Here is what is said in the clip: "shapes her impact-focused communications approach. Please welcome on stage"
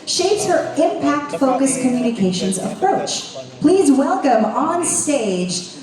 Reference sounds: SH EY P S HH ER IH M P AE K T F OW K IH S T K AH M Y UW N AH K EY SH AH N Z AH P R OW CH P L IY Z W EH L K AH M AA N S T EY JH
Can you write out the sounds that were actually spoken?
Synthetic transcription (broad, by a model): SH EY P S HH ER IH M P AE K T F OW K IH S K AH M Y UW N AH K EY SH AH N Z AH P R OW CH P L IY Z W EH L K AH M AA N S T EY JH